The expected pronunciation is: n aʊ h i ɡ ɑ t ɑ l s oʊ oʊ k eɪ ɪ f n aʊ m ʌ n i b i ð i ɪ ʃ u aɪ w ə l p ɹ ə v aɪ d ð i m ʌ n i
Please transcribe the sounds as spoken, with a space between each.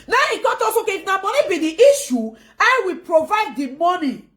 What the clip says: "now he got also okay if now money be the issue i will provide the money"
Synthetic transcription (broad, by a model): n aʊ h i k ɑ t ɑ s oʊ oʊ k eɪ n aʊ m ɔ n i b i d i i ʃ u aɪ w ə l p ɹ ə v aɪ d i m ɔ n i